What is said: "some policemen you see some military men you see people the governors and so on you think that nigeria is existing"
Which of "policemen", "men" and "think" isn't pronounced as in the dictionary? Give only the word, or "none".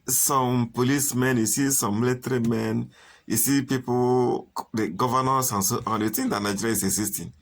think